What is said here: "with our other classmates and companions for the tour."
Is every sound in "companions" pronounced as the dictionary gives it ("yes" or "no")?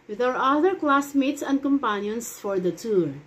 no